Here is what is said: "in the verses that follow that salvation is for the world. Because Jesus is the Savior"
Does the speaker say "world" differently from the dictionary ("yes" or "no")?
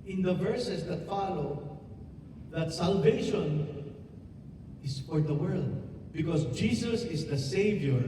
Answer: no